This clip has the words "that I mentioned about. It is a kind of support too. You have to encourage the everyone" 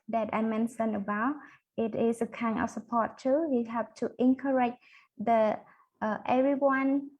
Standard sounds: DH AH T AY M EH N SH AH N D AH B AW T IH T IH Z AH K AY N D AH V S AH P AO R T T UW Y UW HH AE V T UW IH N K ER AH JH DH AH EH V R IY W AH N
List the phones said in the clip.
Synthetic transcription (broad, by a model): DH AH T AY M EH N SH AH N AH B AW T IH T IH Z AH K AY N AH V S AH P AO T T UW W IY HH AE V T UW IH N K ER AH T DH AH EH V R IY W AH N